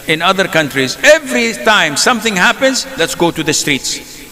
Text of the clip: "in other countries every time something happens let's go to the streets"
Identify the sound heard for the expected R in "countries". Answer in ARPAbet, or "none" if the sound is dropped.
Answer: R